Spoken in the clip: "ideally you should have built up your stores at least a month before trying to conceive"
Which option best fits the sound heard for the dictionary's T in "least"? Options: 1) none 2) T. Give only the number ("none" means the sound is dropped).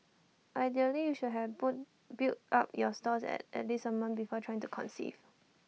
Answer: 1